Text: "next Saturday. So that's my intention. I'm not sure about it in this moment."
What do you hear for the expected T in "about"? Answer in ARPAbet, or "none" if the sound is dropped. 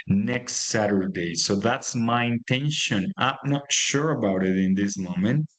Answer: T